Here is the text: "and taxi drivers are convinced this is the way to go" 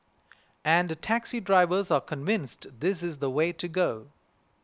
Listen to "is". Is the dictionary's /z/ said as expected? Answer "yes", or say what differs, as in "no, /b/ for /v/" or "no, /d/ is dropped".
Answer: yes